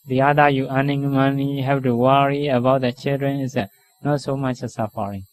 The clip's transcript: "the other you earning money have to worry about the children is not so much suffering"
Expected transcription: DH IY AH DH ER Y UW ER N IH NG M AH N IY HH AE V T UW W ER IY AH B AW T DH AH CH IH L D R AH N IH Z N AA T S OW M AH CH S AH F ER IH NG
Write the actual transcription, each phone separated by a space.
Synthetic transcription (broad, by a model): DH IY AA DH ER Y UW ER N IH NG M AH N IY HH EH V T UW W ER IY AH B AW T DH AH CH IH L D R AH N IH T N AA T S OW M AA CH S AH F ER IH NG